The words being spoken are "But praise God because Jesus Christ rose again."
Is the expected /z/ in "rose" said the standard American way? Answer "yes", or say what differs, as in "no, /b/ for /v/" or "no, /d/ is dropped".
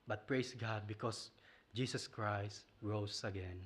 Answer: no, /s/ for /z/